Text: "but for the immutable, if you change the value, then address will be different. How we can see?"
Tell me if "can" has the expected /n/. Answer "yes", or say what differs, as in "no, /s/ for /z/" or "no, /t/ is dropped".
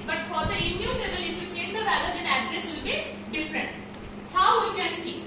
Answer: no, /l/ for /n/